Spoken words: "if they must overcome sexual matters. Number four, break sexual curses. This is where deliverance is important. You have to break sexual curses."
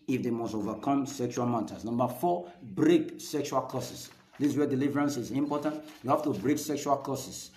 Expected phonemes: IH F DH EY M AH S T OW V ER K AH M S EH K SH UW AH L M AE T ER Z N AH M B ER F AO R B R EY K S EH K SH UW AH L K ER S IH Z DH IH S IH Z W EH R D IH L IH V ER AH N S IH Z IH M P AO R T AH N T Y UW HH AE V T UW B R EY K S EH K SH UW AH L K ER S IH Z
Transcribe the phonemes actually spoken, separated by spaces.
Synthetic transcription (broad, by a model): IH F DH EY M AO S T OW V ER K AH M S EH K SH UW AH L M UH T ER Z N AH M B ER F AO B R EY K S EH K SH UW AH L K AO S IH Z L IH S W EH D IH L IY V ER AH N S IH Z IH M P AO T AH N T Y UW HH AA F T UW B R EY K S EH K SH UW AH L K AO S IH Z